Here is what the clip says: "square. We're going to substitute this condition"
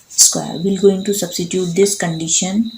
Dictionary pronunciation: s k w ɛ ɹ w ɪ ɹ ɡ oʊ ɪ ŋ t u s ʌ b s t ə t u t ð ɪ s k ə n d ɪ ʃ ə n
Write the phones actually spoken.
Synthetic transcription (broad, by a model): s k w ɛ ɹ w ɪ l ɡ oʊ ɪ ŋ t u s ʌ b s t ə t u t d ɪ s k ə n d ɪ ʃ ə n